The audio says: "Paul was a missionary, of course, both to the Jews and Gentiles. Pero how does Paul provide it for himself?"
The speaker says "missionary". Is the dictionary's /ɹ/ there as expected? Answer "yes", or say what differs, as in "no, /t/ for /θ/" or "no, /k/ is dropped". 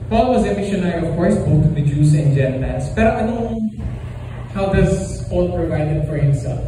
no, /ɹ/ is dropped